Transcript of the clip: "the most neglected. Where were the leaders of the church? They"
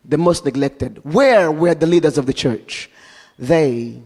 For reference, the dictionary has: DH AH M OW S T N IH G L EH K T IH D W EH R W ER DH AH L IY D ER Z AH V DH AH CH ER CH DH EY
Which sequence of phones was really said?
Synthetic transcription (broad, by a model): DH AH M OW S T N IH G L EH K T IH D W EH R W ER DH AH L IY D ER Z AH V DH AH CH ER CH DH EY